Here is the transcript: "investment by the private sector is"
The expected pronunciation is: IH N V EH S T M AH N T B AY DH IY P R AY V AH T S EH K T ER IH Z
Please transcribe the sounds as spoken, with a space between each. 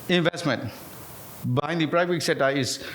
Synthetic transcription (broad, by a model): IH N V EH S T M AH N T B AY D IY P R AY V AH T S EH T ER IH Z